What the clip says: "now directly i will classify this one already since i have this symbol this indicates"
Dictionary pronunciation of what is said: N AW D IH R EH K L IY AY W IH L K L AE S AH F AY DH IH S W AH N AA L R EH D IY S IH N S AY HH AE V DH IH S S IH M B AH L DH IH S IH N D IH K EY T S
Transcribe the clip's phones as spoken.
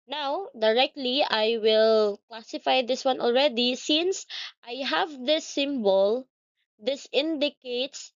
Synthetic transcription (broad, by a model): N AW D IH R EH K L IY AY W IH L K L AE S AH F AY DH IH S W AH N AA L R EH D IY S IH N S AY HH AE V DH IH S S IH M B AH L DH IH S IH N D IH K EY T S